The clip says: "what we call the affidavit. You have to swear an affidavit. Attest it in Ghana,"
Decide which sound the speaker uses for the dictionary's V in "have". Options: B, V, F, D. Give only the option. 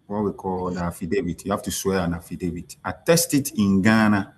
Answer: F